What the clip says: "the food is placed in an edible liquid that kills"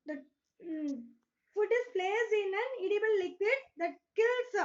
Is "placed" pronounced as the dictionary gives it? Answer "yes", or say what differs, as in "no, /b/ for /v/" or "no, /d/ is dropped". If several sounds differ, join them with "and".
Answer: no, /t/ is dropped